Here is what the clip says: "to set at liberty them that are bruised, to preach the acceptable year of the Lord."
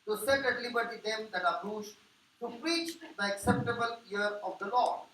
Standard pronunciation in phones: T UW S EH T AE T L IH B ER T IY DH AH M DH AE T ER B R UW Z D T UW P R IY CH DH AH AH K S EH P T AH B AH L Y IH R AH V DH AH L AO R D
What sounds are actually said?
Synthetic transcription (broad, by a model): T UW S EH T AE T L IH B ER T IY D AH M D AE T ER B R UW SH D T UW P R IY CH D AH AH K S EH P T AH B AH L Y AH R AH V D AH L AO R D